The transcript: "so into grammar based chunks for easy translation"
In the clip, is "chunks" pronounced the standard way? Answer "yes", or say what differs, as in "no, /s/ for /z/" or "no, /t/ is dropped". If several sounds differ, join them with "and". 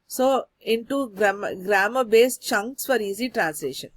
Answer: yes